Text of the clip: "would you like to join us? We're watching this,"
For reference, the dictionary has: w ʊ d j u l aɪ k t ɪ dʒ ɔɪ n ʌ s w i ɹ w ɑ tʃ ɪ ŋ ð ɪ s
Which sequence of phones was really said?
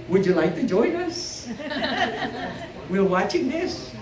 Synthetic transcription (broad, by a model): w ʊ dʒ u l aɪ k t ɪ dʒ ɔɪ n ʌ s w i l w ɑ tʃ ɪ ŋ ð ɪ s